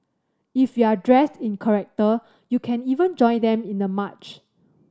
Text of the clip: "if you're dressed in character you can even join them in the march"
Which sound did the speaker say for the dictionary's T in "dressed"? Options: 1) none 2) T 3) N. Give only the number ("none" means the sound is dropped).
2